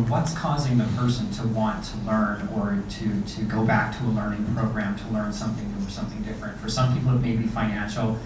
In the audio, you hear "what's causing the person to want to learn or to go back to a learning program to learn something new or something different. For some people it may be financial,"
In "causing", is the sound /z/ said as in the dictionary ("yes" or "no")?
yes